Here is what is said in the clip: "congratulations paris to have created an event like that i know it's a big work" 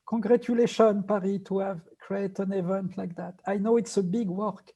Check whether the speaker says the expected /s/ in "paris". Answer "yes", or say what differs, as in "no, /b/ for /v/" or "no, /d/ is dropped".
no, /s/ is dropped